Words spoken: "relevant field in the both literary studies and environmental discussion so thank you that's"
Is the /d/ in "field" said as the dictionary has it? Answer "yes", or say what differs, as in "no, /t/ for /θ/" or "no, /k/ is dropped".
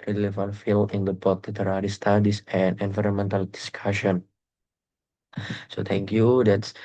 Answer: no, /d/ is dropped